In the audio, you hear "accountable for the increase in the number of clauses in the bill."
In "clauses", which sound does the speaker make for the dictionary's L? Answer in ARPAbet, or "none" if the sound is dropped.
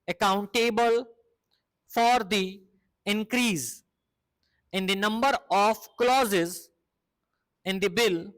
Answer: L